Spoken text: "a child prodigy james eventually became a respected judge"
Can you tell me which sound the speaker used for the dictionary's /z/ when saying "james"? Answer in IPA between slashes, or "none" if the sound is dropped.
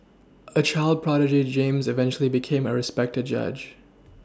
/z/